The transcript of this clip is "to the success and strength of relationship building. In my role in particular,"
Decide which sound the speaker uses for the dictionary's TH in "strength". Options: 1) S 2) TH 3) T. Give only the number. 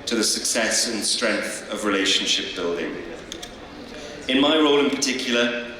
2